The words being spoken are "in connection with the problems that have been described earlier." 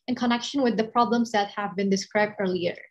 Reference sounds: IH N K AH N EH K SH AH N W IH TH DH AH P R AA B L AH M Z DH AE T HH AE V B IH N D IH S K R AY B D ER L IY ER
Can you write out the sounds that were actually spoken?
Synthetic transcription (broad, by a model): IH N K AH N EH K SH AH N W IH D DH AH P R AA B L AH M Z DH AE T HH AE V B IH N D IH S K R AY B D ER L IY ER